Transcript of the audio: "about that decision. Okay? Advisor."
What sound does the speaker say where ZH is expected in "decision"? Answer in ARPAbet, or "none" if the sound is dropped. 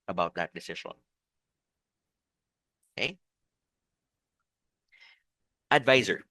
SH